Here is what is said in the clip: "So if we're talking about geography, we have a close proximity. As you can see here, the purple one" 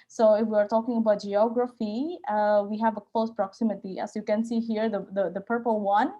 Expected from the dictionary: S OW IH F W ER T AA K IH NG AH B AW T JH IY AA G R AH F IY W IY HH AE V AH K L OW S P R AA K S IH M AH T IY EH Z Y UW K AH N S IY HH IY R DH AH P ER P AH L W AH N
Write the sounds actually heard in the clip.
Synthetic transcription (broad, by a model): S OW IH F W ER T AA K IH NG AH B AW T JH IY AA G R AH F IY W IY HH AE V AH K L OW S P R AA K S IH M AH T IY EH S Y UW K AH N S IY HH IY R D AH P ER P AH L W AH N